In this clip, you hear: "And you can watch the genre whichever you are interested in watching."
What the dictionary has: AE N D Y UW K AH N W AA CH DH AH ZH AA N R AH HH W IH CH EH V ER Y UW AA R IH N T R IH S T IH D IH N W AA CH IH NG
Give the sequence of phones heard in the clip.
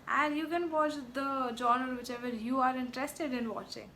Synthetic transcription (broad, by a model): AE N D Y UW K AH N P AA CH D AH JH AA N AH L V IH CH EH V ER Y UW AA R IH N T R IH S T IH D IH N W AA CH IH NG